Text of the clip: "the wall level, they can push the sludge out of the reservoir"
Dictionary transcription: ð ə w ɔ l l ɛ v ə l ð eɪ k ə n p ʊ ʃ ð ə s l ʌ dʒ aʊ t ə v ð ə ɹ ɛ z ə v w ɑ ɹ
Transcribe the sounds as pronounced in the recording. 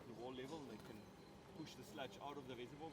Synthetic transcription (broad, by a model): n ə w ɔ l l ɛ v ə l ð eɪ k ə n p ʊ ʃ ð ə s l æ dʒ aʊ t ə v ð ə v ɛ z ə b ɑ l